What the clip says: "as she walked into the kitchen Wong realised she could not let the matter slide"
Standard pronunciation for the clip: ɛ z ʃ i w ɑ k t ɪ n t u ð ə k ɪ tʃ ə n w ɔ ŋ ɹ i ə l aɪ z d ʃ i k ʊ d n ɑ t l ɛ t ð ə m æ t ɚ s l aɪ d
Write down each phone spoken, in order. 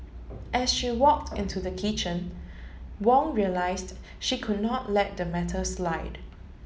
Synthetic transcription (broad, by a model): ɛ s ʃ i w ɑ k t ɪ n t u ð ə k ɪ tʃ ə n w ɔ ŋ ɹ i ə l aɪ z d ʃ i k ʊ d n ɑ t l ɛ t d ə m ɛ t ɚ s l aɪ d